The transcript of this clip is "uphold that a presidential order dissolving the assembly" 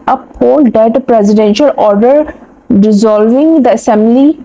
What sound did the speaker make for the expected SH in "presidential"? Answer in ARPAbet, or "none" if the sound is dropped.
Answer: SH